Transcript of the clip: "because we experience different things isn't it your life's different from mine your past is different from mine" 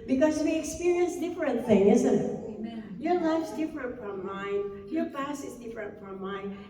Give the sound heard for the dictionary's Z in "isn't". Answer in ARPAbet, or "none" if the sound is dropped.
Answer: Z